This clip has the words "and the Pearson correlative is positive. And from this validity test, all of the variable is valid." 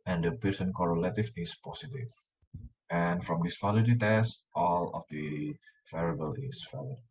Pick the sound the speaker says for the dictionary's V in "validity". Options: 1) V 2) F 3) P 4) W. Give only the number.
2